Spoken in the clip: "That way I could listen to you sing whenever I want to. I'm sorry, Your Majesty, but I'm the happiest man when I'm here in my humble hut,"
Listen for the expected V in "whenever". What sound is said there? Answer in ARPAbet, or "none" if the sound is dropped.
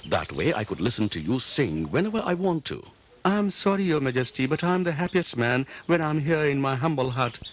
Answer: V